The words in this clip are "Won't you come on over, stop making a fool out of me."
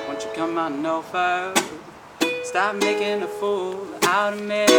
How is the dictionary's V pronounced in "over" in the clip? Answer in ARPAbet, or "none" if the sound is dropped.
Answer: F